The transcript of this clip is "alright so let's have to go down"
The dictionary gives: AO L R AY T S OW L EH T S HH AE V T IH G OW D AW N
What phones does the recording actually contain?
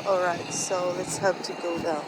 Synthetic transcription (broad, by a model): AO L R AY T S OW L EH T S HH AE P T IH G OW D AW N